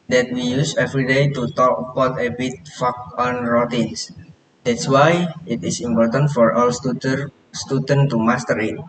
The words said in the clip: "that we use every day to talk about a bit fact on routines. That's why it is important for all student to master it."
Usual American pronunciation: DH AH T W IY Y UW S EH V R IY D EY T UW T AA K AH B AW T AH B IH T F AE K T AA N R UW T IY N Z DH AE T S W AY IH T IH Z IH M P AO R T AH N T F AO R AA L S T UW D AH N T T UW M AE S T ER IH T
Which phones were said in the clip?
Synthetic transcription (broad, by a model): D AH T W IY Y UW S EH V R IY D EY T UW T AA K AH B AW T AH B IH T F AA K AA N R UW T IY N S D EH T S W AY IH T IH S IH M P AO R T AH N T F AO R AA L S T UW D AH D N T UW M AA S T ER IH T